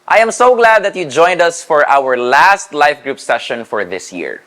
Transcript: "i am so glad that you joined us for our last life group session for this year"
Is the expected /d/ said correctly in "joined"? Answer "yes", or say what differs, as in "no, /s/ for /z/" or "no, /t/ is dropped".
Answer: yes